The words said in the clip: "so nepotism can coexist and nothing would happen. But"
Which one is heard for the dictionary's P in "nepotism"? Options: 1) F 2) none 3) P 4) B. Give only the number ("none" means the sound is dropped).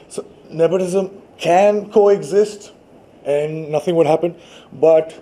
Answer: 4